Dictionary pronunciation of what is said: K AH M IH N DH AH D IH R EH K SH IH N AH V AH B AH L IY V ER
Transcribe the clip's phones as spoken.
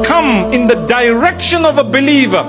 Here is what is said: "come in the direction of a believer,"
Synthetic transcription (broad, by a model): K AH M IH N DH AH D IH R EH K SH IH N AH V AH B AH L IY V ER